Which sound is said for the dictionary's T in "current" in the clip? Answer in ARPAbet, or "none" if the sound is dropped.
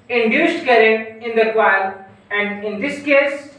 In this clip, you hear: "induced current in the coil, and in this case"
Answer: none